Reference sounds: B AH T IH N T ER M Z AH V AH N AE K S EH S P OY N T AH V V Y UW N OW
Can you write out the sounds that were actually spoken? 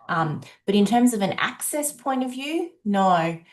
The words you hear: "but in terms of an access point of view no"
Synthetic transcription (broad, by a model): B AH T IH N T ER M Z AH V AH N AE K S EH S P OY N T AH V V Y UW N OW